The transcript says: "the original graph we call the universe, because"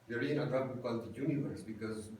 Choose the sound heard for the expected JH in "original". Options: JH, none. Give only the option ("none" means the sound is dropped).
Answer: none